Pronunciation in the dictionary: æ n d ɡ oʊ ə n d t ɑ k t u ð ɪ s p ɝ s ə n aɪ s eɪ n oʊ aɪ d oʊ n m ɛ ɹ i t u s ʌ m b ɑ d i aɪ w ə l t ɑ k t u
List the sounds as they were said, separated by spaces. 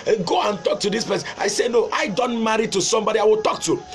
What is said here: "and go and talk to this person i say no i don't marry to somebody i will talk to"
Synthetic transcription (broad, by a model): ɡ oʊ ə n t ɑ k t u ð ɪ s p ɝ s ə ɪ s eɪ n oʊ aɪ d oʊ n m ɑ ɹ i t u s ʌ m b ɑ d i aɪ w ə l t ɑ k t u